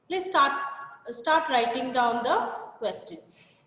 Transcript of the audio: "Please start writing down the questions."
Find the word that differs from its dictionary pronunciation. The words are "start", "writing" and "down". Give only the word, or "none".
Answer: none